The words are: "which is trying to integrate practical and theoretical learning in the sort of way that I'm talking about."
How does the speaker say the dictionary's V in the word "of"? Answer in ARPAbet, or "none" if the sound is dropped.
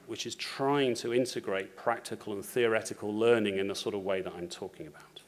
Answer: V